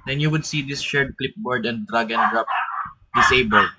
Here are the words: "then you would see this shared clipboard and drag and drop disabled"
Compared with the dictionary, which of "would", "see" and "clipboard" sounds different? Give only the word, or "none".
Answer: none